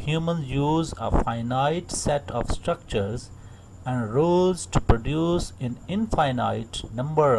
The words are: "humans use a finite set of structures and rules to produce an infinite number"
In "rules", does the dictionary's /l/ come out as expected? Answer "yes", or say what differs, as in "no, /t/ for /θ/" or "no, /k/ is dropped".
no, /l/ is dropped